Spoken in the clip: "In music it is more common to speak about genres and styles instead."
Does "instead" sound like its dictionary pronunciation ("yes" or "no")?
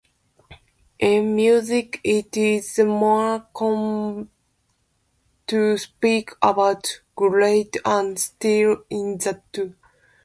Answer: no